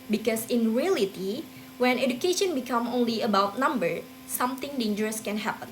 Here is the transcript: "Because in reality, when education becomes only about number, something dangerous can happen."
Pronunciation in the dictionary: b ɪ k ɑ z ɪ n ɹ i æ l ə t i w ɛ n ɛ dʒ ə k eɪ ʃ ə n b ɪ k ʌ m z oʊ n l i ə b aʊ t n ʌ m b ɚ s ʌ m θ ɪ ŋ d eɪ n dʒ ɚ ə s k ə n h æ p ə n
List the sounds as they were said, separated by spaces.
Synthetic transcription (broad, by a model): b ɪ k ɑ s ɪ n ɹ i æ l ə t i w ɛ n ɛ dʒ ə k eɪ ʃ ə n b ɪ k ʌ m oʊ n l i ə b aʊ t n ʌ m b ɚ s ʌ m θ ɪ ŋ d eɪ n dʒ ɚ ə s k ə n h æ p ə n